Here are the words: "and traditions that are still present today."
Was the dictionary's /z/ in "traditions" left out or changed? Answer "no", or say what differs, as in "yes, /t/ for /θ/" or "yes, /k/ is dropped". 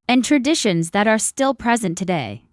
no